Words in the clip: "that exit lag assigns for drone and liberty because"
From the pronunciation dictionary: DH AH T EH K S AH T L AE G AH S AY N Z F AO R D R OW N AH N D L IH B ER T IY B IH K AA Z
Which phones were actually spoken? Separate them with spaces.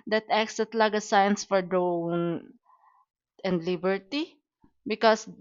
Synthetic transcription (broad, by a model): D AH T EH K S AH T L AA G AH S AY N S F AO R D OW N AH N D L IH B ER T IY B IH K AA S